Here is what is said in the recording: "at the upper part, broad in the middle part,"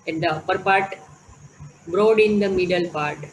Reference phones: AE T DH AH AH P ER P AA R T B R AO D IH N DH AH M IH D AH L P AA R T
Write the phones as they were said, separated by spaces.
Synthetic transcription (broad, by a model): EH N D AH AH P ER P AA R T B R AO D IH N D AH M IH D AH L P AA R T